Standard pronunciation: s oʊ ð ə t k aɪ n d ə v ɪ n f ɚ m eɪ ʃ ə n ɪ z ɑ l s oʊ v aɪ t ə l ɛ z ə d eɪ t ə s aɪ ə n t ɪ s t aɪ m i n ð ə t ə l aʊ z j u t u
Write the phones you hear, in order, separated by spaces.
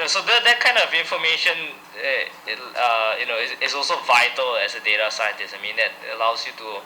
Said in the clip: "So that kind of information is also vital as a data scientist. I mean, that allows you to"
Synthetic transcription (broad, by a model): s oʊ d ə t k aɪ n d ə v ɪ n f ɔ m eɪ ʃ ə n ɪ s ɑ l s oʊ v aɪ t ə l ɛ s ə d eɪ t ə s aɪ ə n t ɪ s aɪ m i n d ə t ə l aʊ s j u t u